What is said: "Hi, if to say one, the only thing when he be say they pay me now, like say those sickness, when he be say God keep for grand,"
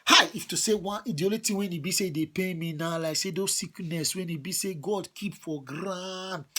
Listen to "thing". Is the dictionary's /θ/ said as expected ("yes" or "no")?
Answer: no